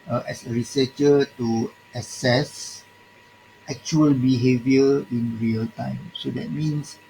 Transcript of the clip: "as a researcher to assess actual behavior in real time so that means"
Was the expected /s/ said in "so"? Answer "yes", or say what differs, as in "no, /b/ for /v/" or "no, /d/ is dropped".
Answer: yes